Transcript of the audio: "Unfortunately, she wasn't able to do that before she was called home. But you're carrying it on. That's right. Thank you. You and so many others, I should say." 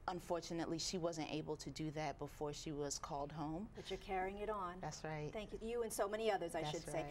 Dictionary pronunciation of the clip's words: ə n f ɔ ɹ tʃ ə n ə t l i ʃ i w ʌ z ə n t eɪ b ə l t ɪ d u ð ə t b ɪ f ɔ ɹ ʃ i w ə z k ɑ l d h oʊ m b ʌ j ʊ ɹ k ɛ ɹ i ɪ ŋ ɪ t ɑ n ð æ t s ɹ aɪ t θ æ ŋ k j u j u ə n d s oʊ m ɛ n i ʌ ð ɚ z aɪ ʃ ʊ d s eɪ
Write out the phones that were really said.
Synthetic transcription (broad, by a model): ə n f ɔ ɹ tʃ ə n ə t l i ʃ i w ʌ z ə n t eɪ b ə l t ɪ d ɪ ð ə t b ɪ f ɔ ɹ ʃ i w ə z k ɑ l d h oʊ m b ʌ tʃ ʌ ɹ k ɛ ɹ i ɪ ŋ ɪ t n ð æ t s ɹ aɪ t θ æ ŋ k j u j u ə n s oʊ m ɛ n i ʌ ð ɚ z aɪ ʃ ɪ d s eɪ